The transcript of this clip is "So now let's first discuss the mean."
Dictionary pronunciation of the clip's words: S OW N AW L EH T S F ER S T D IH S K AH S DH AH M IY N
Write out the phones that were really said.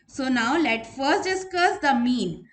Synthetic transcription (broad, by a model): S OW N AW L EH T F ER S T D IH S K AH S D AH M IY N